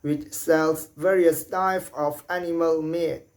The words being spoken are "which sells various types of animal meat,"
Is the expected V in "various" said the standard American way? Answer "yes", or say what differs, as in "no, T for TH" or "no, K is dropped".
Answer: yes